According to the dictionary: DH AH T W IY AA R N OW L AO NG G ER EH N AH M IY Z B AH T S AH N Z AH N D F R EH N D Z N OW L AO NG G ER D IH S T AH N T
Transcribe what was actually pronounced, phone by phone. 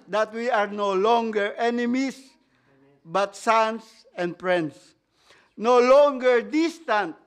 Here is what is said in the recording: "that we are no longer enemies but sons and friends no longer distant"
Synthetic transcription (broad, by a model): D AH T W IY AA R N OW L AO NG G ER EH N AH M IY S B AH T S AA N S AH N D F R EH N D S N OW L AO NG G ER D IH S T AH N T